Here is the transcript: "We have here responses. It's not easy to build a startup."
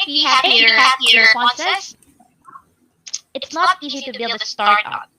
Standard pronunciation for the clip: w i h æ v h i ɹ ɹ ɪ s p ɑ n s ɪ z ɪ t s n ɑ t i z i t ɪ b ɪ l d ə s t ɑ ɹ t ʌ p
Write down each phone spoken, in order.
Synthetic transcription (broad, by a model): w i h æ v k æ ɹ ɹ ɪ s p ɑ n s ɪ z ɪ t s n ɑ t i z i t ɪ b ɪ l d ə s t ɑ ɹ t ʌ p